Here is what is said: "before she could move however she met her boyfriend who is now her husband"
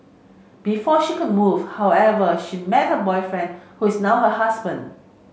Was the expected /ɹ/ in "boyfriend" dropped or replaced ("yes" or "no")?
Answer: no